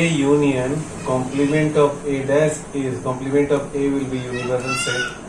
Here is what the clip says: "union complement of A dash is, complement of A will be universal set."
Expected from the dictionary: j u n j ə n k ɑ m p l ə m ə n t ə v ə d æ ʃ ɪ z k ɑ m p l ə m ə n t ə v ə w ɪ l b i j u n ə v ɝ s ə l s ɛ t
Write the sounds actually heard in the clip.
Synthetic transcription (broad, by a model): j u n j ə n k ɑ m p l ə m ə n t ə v ə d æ s ɪ z k ɑ m p l ə m ə n t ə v ə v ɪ l b i j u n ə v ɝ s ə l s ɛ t